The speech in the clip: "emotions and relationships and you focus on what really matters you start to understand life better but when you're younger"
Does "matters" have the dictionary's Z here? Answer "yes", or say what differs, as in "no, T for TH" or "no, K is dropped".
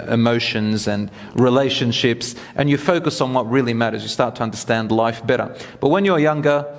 yes